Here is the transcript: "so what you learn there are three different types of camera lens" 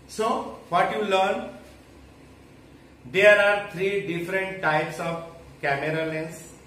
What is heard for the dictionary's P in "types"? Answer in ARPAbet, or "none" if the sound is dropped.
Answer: P